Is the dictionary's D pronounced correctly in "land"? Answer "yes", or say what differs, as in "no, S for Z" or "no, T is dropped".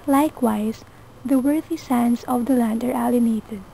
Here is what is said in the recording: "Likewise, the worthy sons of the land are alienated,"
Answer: yes